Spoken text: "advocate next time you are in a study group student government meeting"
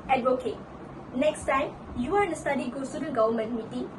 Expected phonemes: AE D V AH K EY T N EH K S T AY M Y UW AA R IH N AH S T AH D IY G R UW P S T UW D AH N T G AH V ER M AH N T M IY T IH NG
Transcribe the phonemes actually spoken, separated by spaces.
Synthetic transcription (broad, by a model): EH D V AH K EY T N EH K S T AY M Y UW AA R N AH S T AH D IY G AO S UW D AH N G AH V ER M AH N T M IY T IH